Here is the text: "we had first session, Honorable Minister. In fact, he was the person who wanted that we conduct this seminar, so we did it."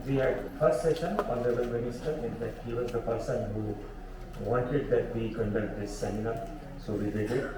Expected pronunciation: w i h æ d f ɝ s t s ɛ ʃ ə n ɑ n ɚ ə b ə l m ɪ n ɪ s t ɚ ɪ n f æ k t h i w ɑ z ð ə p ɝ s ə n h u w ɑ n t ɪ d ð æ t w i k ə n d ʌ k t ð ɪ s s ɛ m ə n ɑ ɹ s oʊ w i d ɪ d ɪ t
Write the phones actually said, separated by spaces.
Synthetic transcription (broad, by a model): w i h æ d f ɝ s t s ɛ ʃ ə n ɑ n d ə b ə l m ɪ n ɪ s t ɚ ɪ n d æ t h i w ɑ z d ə p ɝ s ə n h u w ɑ n t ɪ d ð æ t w i k ə n d ʌ k t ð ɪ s s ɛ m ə n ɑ ɹ s oʊ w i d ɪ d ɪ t